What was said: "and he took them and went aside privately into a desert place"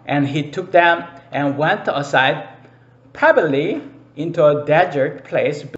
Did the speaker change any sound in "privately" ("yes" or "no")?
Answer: yes